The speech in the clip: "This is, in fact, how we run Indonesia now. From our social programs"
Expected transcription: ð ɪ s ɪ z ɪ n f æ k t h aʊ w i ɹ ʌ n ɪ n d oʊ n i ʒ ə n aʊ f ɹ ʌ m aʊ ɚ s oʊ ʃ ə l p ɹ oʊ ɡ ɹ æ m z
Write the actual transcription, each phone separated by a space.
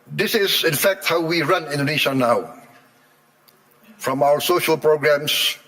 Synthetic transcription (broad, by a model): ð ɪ s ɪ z ɪ n f æ k t h aʊ w i ɹ ʌ n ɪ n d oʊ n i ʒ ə n aʊ f ɹ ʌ m aʊ ɚ s oʊ ʃ ə l p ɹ oʊ ɡ ɹ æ m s